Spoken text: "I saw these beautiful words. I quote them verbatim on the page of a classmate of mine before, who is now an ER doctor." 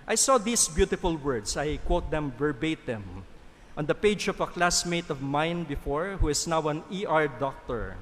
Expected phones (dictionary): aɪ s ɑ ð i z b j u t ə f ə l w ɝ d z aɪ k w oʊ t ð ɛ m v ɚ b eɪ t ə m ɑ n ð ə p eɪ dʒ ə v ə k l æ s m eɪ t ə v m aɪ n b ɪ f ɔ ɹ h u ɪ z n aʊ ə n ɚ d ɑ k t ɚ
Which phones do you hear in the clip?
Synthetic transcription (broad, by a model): aɪ s ɑ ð i s b j u t ə f ə l w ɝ d s aɪ k w oʊ t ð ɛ m b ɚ b eɪ t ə m ɑ n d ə p eɪ dʒ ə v ə k l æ s m eɪ t ə v m aɪ n b ɪ f ɔ ɹ h u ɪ s n aʊ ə n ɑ d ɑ k t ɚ